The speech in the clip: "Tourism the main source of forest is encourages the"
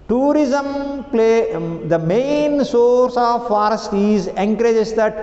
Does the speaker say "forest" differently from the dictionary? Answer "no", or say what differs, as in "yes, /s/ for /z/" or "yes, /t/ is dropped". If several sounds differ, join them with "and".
no